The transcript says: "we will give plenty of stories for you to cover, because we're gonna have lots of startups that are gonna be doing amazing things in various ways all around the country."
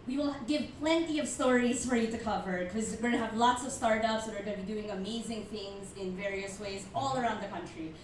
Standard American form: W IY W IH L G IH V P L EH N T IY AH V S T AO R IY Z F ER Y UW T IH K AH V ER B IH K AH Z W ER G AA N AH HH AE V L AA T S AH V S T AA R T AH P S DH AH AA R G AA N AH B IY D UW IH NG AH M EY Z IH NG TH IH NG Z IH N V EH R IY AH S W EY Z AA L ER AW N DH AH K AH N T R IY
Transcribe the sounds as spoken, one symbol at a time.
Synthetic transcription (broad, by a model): W IY W IH L G IH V P L EH N T IY AH V S T AO R IY Z F ER Y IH T IH K AH V ER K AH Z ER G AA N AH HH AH V L AA T S AH V S T AA R T AH P S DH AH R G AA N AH B IY D UW IH NG AH M EY Z IH NG TH IH NG Z IH N V EH R IY AH S W EY Z AA L ER AW N DH AH K AH N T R IY